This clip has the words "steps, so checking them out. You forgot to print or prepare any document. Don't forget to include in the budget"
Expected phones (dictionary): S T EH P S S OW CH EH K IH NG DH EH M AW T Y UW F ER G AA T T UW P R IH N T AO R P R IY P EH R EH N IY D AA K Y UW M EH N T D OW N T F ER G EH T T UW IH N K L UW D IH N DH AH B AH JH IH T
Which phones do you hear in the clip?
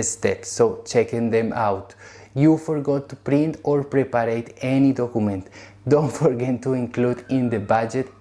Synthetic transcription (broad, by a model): S T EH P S S OW CH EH K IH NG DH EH M AW T Y UW F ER G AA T T UW P R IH N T AO R P R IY P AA R EH N IY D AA K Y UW M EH N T D OW N T F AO G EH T T UW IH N K L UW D IH N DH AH B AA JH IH T